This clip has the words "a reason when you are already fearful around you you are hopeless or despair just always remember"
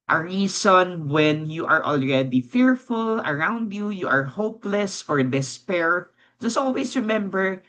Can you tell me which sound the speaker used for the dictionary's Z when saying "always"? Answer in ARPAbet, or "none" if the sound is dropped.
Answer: S